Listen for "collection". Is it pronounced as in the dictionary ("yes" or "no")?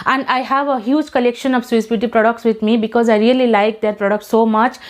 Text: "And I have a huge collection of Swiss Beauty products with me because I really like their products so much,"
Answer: yes